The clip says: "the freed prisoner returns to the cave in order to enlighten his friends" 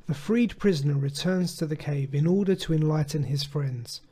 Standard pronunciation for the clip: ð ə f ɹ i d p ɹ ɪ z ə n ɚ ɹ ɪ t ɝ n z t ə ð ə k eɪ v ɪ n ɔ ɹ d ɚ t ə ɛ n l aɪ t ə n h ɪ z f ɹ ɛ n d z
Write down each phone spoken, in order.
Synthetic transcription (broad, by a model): ð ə f ɹ i d p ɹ ɪ z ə n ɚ ɹ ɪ t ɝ n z t ə ð ə k eɪ v ɪ n ɔ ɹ d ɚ t ə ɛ n l aɪ t n ɪ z f ɹ ɛ n d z